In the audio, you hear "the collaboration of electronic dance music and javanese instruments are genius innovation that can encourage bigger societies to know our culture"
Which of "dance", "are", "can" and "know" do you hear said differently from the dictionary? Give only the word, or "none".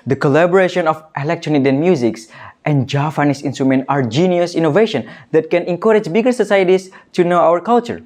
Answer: dance